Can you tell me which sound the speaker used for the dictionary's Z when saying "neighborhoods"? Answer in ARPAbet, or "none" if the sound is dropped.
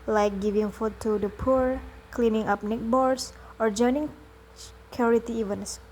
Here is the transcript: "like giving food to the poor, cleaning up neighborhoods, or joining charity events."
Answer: S